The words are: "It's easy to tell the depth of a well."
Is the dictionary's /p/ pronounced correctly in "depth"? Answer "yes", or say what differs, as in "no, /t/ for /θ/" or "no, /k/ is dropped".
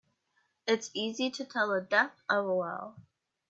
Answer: no, /p/ is dropped